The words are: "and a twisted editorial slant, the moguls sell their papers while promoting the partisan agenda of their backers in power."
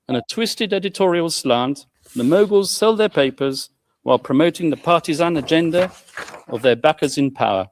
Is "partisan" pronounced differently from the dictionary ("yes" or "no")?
no